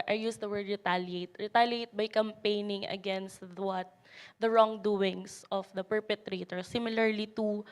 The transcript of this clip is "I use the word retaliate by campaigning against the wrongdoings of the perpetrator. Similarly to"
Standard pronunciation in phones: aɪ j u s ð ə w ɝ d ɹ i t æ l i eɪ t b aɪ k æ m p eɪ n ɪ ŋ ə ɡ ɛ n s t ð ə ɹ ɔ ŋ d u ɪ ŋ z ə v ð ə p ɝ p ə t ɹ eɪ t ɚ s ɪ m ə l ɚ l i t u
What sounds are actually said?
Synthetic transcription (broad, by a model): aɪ j u s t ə w ɝ d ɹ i t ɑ l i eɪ t b aɪ k æ m p eɪ n ɪ ŋ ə ɡ ɛ n s t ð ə ɹ ɔ ŋ d u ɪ ŋ s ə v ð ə p ɝ p ə t ɹ eɪ t ɚ s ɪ m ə l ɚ l i t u